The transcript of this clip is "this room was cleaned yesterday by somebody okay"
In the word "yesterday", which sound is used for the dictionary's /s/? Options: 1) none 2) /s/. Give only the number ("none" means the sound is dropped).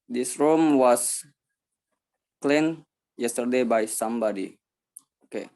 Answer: 2